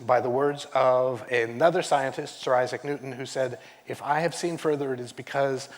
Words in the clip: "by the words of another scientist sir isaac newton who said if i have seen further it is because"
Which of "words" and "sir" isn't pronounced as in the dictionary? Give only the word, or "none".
none